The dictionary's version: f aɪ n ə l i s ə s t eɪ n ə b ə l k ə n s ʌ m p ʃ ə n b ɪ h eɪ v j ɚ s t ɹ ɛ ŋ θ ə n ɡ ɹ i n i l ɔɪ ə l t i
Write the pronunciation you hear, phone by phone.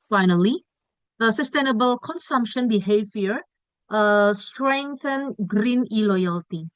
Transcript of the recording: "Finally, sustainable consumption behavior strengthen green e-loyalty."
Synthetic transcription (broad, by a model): f aɪ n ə l i s ə s t eɪ n ə b ə l k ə n s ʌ m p ʃ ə n b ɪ h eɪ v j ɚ s t ɹ ɛ ŋ θ ə n ɡ ɹ i n i l ɔɪ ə l t i